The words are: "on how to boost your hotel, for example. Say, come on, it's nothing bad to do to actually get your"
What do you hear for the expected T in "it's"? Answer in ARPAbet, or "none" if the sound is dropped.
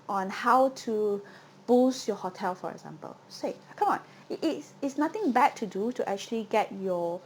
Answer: T